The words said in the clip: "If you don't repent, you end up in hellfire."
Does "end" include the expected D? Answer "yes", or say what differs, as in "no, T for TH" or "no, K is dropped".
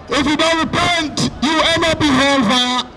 no, D is dropped